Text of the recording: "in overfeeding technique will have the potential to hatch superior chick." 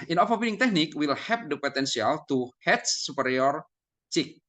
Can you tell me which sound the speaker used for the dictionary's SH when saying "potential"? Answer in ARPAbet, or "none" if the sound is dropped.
S